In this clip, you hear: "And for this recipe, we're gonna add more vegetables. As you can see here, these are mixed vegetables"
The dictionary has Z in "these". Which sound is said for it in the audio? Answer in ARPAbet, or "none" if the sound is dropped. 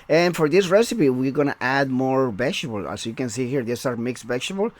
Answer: S